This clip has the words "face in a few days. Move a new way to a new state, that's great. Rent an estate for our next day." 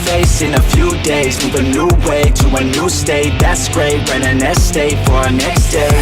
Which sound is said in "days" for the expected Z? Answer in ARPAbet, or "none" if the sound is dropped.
Z